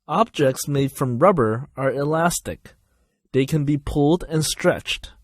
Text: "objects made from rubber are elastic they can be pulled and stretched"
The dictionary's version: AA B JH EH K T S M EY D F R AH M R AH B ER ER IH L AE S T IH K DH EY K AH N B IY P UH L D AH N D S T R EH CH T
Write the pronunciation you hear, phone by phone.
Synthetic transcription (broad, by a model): AA B JH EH K T S M EY D F R AH M R AH B ER ER IH L AE S T IH K DH EY K AH N B IY P UH L D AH N S T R EH CH T